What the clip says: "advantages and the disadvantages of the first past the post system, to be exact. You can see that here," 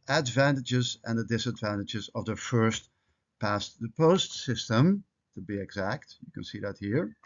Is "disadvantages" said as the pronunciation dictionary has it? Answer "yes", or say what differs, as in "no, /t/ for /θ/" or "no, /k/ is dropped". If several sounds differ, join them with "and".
yes